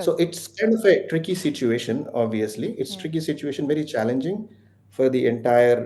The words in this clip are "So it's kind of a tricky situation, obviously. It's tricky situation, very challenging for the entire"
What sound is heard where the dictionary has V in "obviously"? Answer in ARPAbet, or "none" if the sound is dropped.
V